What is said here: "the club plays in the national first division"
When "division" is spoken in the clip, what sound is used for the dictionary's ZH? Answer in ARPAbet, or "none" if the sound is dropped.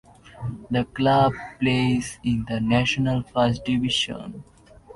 SH